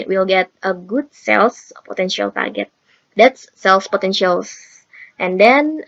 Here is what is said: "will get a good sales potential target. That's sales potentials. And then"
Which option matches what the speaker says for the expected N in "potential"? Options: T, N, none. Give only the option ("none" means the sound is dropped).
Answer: N